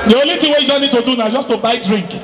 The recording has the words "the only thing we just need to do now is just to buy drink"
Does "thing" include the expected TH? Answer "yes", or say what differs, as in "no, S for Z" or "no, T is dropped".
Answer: no, T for TH